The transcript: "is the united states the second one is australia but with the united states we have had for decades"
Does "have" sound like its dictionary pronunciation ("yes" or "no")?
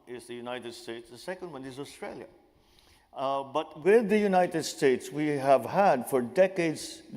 yes